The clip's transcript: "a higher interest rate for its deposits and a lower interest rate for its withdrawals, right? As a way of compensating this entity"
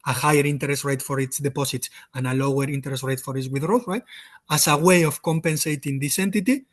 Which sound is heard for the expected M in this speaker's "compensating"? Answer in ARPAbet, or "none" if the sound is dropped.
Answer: M